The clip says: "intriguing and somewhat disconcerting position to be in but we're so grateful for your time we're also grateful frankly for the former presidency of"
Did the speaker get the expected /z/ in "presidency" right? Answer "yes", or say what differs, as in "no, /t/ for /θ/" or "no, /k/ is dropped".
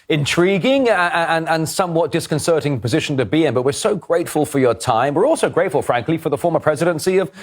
yes